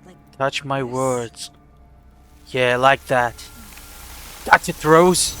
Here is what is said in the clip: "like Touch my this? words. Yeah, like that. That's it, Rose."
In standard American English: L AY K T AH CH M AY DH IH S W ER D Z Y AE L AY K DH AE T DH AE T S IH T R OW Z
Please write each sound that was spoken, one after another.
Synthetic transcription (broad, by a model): T AH CH M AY IH W ER D Z Y AE L AY K DH AE T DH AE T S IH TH R OW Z